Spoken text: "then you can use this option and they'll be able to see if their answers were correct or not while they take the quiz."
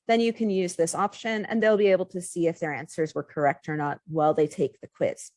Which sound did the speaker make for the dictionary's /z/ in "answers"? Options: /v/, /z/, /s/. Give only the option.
/z/